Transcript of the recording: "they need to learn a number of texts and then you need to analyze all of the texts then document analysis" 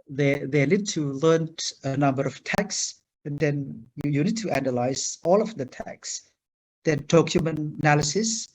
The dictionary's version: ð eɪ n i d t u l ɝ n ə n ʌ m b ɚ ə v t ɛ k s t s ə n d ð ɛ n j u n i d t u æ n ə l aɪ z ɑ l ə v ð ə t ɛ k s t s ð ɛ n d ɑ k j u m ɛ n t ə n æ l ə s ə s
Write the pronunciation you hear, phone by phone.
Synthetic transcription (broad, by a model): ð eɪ n i d t u l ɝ n ə n ʌ m b ɚ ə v t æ k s s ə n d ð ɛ n j u n i d t u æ n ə l aɪ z ɑ l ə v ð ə t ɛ k s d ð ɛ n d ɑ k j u m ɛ n ə n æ l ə s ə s